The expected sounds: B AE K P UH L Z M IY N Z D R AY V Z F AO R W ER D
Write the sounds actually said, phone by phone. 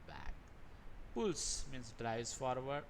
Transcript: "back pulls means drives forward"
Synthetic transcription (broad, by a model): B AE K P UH L S M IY N S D R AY Z F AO R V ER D